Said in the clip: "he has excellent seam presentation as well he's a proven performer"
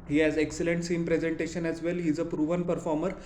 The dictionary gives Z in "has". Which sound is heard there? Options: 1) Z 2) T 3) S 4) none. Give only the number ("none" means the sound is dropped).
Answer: 1